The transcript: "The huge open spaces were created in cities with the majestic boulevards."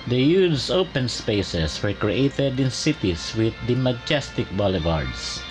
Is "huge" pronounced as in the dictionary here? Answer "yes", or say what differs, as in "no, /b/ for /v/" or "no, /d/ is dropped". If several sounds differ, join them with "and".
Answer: no, /z/ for /dʒ/